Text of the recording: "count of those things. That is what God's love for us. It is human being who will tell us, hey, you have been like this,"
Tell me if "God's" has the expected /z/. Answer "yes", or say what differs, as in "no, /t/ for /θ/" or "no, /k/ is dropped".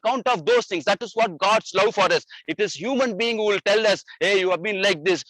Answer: no, /s/ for /z/